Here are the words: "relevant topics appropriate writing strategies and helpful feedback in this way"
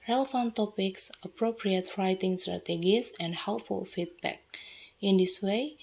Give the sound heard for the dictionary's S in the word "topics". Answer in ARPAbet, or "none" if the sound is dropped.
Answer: S